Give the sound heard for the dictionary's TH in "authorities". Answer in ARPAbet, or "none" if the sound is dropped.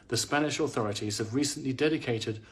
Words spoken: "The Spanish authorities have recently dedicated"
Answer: TH